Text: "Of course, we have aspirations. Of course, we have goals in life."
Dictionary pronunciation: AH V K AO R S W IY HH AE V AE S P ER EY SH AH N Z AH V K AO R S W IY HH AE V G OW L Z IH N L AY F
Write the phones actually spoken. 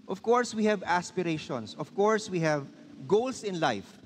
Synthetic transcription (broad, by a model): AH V K AO R S W IY HH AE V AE S P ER EY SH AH N S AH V K AO R S W IY HH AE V G OW L S IH N L AY F